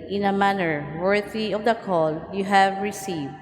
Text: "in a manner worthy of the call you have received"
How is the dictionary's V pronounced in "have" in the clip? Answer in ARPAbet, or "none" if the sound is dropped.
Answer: V